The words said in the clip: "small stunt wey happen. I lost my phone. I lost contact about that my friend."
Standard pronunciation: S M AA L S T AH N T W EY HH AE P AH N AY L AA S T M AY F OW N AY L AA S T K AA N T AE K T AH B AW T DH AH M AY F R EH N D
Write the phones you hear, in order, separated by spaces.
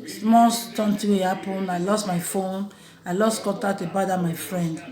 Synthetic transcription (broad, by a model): S M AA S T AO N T W EY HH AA P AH N AY L AA S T M AY F OW N AY L AA S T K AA T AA T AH B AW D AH M AY F R EH N D